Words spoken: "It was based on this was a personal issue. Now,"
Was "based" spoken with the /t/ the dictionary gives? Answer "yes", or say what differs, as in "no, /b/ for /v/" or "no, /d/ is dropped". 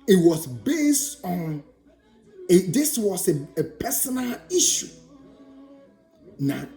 yes